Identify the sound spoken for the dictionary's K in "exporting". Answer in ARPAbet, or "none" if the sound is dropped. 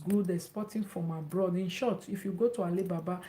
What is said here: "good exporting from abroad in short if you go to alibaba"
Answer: none